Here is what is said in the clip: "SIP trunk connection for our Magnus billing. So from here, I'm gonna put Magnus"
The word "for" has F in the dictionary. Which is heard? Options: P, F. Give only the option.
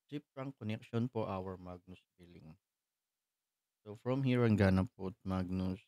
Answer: P